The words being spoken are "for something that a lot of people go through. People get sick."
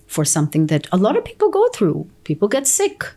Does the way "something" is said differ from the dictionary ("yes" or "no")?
no